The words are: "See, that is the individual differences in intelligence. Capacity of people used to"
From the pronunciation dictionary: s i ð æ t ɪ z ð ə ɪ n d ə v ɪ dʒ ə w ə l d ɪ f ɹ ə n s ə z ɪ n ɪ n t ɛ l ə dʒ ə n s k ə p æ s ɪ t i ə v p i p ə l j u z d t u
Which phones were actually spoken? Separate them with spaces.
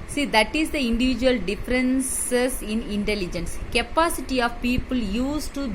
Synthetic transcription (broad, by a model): s i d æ t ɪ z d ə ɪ n d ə v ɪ dʒ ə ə l d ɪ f ɹ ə n s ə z ɪ n ɪ n t ɛ l ə dʒ ə n s k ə p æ s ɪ t i ə v p i p ə l j u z t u